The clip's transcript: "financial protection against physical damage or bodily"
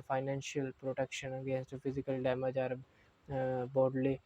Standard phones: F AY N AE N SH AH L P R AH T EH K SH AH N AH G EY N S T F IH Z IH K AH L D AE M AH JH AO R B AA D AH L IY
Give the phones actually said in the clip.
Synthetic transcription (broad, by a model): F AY N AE N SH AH L P R AH T EH K SH AH N AH G EY N S T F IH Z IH K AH L D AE M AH JH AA R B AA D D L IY